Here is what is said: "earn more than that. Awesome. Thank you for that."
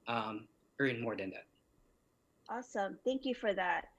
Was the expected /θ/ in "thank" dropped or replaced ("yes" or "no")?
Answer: no